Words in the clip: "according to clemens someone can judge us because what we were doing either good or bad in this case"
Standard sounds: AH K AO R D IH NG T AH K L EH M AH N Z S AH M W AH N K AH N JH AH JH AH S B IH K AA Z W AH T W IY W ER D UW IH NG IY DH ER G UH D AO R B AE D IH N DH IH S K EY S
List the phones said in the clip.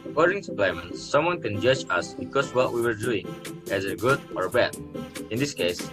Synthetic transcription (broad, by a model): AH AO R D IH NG S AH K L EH M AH N S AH M W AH N K AH N JH AH JH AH S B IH K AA S W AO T W IY W ER D UW IH NG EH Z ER G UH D AO R B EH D IH N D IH S K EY S